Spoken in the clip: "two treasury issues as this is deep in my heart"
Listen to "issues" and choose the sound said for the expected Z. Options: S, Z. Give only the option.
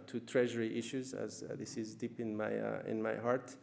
Z